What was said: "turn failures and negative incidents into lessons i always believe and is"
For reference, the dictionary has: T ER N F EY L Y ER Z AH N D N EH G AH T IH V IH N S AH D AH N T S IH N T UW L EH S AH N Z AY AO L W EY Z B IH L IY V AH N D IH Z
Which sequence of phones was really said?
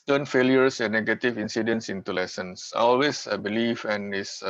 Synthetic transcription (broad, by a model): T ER N F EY L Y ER S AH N N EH G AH T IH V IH N S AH D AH N S IH N T UW L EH S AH N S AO L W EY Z B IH L IY F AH N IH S